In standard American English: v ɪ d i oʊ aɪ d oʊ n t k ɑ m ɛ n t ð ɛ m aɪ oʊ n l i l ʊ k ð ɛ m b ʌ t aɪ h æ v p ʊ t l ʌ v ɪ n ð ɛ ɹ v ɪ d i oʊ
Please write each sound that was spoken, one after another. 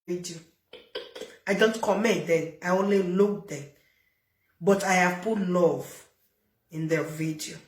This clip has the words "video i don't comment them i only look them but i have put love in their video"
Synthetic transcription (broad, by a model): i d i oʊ aɪ d oʊ n t k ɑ m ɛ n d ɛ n aɪ oʊ n l i l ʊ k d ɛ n b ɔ t aɪ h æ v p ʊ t l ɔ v ɪ n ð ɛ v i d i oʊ